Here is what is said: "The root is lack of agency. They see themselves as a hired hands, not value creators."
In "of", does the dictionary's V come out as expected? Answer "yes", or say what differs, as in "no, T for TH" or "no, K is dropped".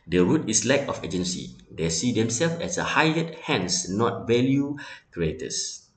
no, F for V